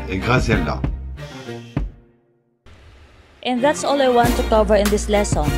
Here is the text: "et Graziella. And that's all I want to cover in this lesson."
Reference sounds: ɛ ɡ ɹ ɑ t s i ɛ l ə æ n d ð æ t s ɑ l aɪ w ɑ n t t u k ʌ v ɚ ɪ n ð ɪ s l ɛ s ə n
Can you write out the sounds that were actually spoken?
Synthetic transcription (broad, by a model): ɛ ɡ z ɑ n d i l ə n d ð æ t s ɑ l aɪ w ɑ n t t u k ʌ v ɚ ɪ n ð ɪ s l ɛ s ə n